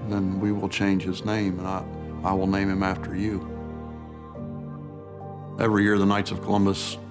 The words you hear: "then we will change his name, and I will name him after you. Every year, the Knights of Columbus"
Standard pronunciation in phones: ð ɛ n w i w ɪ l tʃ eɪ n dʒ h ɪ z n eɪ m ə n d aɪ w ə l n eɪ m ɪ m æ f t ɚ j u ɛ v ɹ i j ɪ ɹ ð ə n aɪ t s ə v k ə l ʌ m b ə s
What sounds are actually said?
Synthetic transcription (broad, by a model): ð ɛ n w i w ɪ l tʃ eɪ n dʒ h ɪ z n eɪ m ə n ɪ aɪ w ə l n eɪ m ɪ m æ f t ɚ j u ɛ v ɹ i j ɪ ɹ ð ə n aɪ t s ə v k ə l ʌ m b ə s